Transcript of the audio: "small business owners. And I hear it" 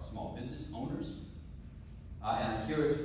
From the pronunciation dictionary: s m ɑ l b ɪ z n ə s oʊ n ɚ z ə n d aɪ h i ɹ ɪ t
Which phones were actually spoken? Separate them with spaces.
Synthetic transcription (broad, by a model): s m ɑ l b ɪ z n ə s oʊ n ɚ z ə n aɪ h i ɹ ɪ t